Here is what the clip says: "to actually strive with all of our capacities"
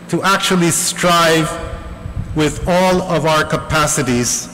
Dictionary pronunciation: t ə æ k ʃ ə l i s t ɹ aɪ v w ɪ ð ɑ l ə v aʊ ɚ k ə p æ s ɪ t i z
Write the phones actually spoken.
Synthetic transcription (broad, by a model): t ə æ k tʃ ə l i s t ɹ aɪ v w ɪ ð ɑ l ə v aʊ ɚ k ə p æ s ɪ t i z